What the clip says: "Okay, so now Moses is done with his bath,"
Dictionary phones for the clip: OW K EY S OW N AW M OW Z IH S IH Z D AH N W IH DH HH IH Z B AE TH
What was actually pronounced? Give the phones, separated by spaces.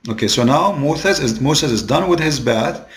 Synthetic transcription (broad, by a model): OW K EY S OW N AW M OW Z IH S IH Z D AH N W IH DH HH IH Z B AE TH